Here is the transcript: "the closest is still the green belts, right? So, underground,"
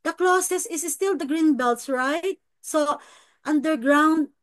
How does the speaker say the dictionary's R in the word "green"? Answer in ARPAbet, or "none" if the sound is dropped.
R